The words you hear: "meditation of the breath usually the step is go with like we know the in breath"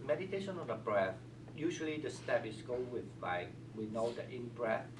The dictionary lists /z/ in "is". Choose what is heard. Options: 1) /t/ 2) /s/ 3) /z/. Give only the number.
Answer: 2